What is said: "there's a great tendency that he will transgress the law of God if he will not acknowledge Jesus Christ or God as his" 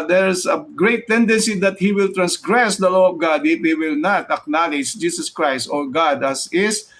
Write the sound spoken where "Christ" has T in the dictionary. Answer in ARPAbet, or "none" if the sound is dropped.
T